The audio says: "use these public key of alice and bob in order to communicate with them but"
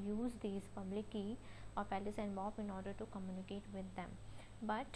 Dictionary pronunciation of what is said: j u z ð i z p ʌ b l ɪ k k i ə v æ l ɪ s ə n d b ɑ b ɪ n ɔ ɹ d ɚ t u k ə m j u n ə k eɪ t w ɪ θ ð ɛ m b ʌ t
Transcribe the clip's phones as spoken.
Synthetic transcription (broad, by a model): j u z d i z p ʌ b l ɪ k k i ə p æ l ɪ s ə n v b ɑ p ɪ n ɔ ɹ d ɚ t u k ə m j u n ə k eɪ t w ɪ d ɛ m b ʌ t